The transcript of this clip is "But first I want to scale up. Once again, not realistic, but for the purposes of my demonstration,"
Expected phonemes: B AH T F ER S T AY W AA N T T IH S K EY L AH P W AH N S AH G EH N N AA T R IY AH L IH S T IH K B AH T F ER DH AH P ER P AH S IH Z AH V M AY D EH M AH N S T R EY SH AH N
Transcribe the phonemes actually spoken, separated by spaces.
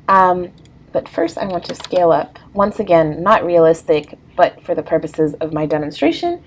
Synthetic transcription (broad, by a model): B AH T F ER S T AY W AA N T T IH S K EY L AH P W AH N S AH G EH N N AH T R IY AH L IH S T IH K B AH T F ER DH AH P ER P AH S IH Z AH V M AY D EH M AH N S T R EY SH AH N